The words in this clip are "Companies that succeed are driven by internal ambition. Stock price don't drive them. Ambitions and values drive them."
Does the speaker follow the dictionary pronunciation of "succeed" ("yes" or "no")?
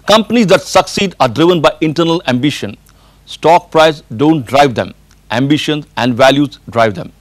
yes